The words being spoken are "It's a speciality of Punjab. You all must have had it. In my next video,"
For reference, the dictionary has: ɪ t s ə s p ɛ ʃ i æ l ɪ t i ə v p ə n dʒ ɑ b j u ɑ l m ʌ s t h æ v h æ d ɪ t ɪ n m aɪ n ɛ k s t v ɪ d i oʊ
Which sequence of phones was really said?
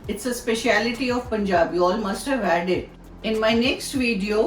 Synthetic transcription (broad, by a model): ɪ t s ə s p ɛ ʃ i æ l ɪ t i ə v p ə n dʒ ɑ b j u ɑ l m ʌ s t h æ v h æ d ɪ t ɪ n m aɪ n ɛ k s t v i d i oʊ